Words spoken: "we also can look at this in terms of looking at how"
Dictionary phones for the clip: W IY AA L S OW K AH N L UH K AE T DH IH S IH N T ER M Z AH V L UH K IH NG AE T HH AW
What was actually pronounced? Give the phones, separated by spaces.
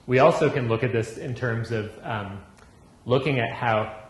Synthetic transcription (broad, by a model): W IY AA L S OW K AH N L UH K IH T DH IH S IH N T ER M Z AH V L UH K IH NG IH T HH AW